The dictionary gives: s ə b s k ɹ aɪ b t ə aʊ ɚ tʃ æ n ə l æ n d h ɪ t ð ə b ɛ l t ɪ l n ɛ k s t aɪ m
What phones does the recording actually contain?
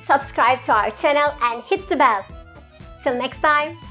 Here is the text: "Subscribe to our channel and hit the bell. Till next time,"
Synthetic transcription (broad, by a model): s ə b s k ɹ aɪ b t ə aʊ ɚ tʃ æ n ə l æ n d h ɪ t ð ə b ɛ l t ɪ l n ɛ k s t aɪ m